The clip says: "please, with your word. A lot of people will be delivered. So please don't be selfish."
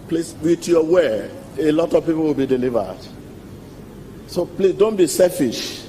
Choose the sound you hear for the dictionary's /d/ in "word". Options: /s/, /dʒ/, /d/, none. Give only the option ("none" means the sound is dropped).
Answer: none